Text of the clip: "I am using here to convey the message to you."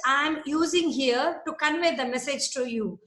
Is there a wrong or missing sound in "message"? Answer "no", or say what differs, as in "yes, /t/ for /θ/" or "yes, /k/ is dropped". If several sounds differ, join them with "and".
no